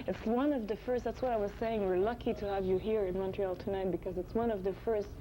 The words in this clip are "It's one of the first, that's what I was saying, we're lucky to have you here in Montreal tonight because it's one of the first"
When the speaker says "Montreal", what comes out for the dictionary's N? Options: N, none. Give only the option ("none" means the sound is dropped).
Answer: N